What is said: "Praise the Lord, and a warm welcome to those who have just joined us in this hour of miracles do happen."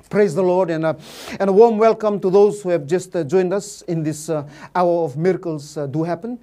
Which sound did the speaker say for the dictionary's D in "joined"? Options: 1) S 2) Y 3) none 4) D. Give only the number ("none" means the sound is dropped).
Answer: 4